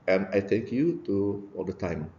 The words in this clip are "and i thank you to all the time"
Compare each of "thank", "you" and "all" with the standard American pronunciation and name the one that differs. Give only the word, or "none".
thank